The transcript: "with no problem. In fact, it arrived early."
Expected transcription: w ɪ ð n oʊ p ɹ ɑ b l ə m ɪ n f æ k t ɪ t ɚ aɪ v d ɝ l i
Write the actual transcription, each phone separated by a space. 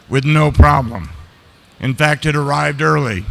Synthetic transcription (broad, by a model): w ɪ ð n oʊ p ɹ ɑ b l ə m ɪ n f æ k t ɪ t ɚ aɪ v d ɝ l i